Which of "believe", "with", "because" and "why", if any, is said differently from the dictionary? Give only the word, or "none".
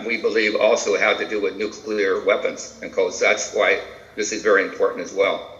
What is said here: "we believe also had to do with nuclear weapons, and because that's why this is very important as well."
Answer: because